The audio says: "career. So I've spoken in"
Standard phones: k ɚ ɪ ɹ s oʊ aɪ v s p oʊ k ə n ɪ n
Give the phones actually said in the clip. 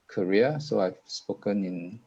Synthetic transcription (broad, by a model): k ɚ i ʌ s oʊ aɪ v s p oʊ k ə n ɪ n